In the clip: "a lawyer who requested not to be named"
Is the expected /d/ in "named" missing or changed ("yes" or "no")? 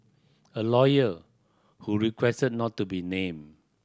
yes